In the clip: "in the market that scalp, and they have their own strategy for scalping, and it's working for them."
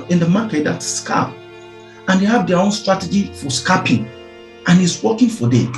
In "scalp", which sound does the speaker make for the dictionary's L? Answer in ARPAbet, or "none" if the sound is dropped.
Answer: none